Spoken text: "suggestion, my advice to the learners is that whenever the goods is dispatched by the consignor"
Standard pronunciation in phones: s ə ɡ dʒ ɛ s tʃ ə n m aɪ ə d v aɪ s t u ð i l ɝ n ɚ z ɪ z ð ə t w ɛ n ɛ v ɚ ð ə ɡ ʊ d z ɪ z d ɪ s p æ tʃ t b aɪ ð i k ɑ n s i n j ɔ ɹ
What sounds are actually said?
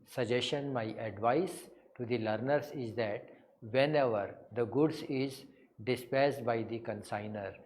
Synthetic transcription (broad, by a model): s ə dʒ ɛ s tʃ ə n m aɪ ə d v aɪ s t u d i l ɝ n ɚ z ɪ z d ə t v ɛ n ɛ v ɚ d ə ɡ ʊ d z ɪ z d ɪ s p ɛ s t b aɪ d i k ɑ n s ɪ n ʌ ɹ